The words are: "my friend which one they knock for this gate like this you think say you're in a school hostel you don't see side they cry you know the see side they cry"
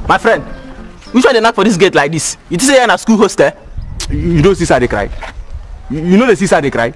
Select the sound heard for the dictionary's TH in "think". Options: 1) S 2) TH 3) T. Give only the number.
3